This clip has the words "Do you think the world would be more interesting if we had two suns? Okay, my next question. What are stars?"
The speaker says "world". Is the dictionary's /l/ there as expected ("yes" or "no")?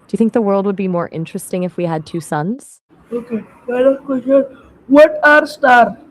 yes